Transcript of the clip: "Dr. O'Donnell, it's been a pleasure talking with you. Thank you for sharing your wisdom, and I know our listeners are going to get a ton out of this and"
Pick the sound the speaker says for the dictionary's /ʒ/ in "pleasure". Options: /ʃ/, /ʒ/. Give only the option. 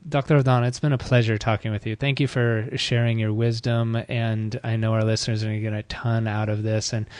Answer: /ʒ/